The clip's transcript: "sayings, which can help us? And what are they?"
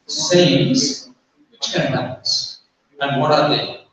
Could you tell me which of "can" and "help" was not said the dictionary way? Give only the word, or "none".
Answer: help